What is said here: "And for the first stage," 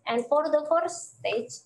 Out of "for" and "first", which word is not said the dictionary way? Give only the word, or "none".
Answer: first